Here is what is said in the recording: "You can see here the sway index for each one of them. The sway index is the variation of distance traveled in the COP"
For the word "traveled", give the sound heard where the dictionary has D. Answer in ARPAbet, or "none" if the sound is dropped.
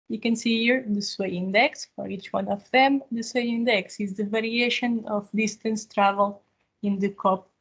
none